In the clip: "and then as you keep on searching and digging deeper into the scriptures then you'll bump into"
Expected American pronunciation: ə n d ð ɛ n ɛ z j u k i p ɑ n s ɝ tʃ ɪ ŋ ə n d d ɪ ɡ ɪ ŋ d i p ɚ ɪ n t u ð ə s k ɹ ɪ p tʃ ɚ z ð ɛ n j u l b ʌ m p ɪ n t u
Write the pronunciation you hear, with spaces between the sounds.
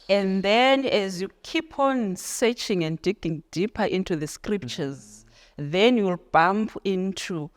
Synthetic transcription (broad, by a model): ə n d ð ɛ n ɛ z j u k i p ɑ n s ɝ tʃ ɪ ŋ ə n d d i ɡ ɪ ŋ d i p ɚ ɪ n t u ð ə s k ɹ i p tʃ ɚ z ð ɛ n j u l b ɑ m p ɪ n t u